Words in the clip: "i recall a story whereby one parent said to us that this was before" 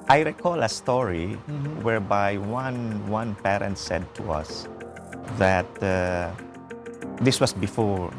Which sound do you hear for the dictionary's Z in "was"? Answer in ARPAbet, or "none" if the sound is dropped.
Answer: S